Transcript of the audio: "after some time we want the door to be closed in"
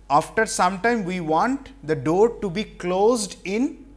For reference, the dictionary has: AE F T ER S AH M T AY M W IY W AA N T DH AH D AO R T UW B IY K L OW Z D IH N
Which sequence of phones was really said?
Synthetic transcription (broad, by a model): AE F T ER S AH M T AY M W IY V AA N T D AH D AO R T UW B IY K L OW Z D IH N